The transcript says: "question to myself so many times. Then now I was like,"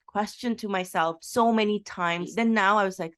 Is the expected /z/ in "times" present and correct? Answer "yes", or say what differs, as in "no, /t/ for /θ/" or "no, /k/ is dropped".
yes